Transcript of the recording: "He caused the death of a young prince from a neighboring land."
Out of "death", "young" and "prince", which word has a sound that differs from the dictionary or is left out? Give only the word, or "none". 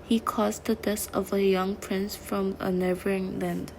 death